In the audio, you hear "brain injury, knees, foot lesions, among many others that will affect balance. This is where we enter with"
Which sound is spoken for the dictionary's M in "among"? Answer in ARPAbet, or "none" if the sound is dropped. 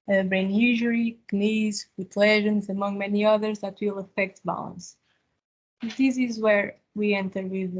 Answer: M